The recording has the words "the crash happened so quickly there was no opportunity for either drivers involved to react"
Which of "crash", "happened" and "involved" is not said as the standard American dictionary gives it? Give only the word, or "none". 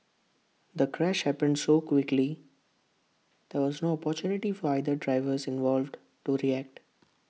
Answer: none